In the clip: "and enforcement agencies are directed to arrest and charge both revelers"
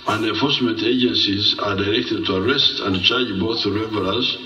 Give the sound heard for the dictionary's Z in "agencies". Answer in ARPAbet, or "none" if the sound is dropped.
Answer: Z